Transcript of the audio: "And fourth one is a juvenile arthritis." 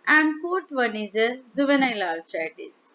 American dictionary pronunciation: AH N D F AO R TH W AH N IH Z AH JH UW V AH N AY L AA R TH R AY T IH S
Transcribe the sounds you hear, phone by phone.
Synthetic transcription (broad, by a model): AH N D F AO R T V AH N IH Z AH Z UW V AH N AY L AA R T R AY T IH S